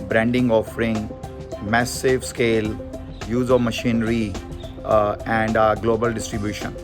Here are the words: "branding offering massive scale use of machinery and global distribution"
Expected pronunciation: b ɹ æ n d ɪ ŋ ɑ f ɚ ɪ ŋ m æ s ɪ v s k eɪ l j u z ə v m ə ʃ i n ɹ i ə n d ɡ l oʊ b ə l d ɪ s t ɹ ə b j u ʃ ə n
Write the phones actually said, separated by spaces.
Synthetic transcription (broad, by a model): b ɹ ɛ n d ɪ ŋ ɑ f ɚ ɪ ŋ m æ s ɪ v s k eɪ l j u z ə v m ə ʃ i n ɹ i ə n d ɡ l oʊ b ə l d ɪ s t ɹ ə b j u ʃ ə n